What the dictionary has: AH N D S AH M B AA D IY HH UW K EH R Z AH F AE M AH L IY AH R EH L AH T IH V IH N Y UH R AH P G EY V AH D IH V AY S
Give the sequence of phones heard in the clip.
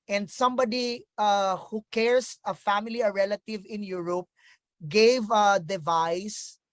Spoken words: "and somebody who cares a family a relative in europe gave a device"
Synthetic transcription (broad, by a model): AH N D S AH M B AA D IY HH UW K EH R S AH F AE M AH L IY AH R EH L AH T IH V IH N Y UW R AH P G EY V AH D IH V AY S